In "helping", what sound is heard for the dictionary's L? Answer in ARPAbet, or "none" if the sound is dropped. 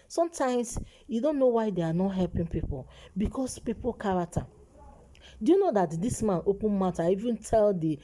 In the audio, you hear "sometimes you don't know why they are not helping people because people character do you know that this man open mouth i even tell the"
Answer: L